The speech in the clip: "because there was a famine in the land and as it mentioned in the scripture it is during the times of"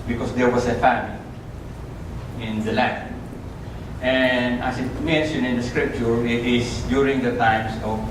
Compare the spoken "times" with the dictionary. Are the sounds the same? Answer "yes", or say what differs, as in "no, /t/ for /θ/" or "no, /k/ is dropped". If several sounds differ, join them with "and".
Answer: no, /s/ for /z/